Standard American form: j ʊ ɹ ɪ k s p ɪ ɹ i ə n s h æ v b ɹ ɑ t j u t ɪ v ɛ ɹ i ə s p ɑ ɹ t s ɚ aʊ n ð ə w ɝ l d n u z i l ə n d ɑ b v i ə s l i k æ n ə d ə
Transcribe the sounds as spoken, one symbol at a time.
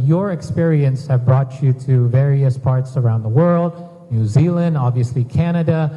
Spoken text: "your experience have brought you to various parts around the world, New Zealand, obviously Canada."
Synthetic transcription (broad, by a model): j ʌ ɹ ɪ k s p ɪ ɹ i ə n s h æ v b ɹ ɑ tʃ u t ɪ v ɛ ɹ i ə s p ɑ ɹ t s ɚ aʊ n ð ə w ɝ l d n u z i l ə n d ɑ b v i ə s l i k æ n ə d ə